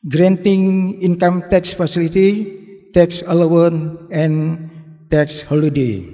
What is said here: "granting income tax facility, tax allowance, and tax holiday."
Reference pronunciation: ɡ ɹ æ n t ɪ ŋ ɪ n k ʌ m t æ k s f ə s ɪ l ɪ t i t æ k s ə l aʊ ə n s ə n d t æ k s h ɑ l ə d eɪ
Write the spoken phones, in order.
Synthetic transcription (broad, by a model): ɡ ɹ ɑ n t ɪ ŋ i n k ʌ m t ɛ k s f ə s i l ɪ t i t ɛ k s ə l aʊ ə n ə n t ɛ k s h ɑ l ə d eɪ